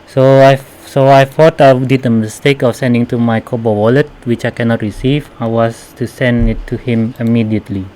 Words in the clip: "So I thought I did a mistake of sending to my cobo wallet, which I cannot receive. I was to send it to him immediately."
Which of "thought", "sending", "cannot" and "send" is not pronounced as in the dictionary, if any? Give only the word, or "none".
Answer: thought